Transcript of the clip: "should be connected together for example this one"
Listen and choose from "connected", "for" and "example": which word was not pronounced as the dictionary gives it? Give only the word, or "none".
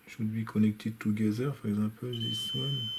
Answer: example